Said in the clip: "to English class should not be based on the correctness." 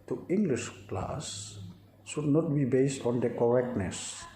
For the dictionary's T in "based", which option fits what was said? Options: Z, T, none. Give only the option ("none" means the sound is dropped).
T